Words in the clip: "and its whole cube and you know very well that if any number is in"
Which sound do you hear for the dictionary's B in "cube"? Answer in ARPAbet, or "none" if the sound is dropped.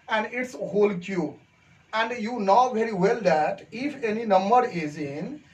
none